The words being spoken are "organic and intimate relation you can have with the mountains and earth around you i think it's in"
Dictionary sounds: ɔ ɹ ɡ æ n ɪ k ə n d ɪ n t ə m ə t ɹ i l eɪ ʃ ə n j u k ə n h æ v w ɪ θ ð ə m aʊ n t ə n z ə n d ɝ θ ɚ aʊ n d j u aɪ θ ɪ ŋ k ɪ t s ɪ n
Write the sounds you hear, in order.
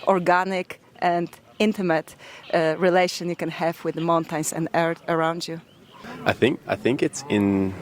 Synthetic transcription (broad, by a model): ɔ ɹ ɡ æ n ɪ k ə n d ɪ n t ə m ə t ɹ i l eɪ ʃ ə n j u k ə n h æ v w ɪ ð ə m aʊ n t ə n s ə n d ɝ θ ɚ aʊ n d j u aɪ θ ɪ ŋ k ɪ t s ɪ n